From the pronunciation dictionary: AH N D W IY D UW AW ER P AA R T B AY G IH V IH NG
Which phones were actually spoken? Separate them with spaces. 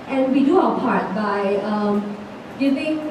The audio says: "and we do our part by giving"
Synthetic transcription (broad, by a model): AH N W IY D UW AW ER P AA R T B AY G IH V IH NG